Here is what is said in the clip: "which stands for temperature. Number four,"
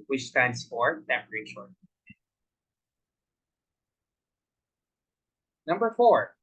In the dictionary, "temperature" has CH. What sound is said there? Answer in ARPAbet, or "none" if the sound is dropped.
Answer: SH